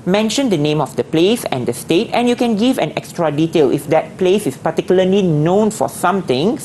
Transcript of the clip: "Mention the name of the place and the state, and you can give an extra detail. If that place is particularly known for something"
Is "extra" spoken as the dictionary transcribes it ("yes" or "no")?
yes